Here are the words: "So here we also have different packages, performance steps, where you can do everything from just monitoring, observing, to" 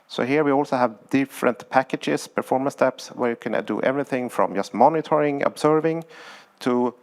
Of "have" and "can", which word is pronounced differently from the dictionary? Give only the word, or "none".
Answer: none